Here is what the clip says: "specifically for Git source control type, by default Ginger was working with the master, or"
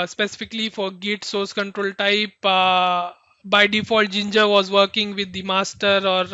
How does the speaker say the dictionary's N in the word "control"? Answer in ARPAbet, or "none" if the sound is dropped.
N